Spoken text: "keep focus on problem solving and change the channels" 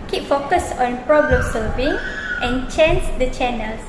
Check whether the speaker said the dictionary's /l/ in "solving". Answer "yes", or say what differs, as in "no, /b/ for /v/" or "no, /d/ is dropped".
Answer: no, /l/ is dropped